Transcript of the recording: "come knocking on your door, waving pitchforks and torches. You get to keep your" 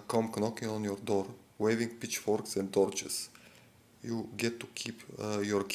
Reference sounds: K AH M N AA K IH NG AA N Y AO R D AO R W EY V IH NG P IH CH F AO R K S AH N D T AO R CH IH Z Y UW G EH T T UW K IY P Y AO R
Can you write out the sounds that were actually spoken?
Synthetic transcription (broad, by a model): K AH M N AA K IH NG AA N Y AO R D AO R W EY V IH NG P IH CH F AO R K S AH N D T AO R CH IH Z Y UW G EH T T UW K IY P Y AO R